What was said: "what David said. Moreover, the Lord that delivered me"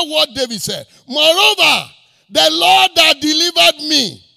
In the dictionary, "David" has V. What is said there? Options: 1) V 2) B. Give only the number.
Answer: 2